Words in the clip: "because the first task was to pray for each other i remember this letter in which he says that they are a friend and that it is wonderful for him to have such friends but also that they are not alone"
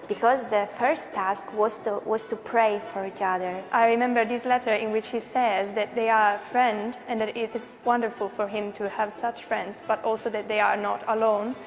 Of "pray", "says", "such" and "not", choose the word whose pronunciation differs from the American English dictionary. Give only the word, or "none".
none